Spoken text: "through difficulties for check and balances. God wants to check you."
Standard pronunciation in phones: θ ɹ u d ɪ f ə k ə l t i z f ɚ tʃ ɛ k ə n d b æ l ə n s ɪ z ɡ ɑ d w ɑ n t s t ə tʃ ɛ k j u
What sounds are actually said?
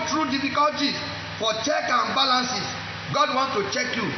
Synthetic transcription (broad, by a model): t ɹ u d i f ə k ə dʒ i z f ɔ tʃ ɛ k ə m b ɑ l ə n s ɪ s ɡ ɑ d w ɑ n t t ə tʃ ɛ k j u